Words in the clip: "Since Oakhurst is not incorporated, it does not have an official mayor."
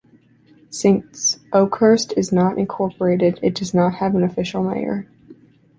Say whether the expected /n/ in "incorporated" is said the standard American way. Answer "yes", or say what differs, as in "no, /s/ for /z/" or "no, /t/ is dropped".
yes